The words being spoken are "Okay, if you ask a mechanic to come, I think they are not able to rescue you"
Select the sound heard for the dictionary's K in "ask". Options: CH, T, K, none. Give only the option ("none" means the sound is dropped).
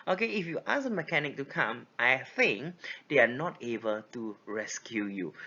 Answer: none